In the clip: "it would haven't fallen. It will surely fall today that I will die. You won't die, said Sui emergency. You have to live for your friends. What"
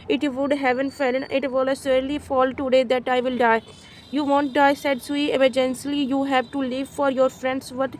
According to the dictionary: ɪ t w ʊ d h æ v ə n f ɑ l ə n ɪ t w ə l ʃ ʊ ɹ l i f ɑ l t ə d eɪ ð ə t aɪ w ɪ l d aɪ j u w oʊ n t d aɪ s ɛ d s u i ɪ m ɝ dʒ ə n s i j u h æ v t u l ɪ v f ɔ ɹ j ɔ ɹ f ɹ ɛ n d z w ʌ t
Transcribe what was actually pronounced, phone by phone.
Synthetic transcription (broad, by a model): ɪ t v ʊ d h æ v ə n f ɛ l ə n ɪ t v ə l s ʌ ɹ l i f ɑ l t ə d eɪ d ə t aɪ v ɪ l d aɪ j u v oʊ n t d aɪ s ɛ d s u i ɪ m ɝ dʒ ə n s i j u h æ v t u l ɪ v f ɔ ɹ j ɔ ɹ f ɹ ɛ n d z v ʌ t